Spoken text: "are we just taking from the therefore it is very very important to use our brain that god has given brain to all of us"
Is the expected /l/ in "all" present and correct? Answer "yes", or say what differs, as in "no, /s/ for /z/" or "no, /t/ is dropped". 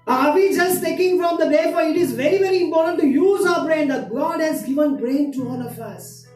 no, /n/ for /l/